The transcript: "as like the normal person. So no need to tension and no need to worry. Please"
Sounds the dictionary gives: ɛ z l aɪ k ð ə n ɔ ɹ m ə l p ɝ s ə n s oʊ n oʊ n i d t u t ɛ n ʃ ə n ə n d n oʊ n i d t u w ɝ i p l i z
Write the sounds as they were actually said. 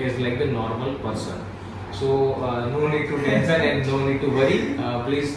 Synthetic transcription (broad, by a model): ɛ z l aɪ k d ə n ɔ ɹ m ə l p ɝ s ə n s oʊ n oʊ n i d t u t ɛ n s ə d ə n d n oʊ n i d t u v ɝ i p l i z